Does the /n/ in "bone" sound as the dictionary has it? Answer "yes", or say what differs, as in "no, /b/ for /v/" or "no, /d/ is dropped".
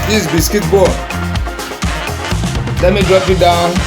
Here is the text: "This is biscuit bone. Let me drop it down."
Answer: no, /l/ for /n/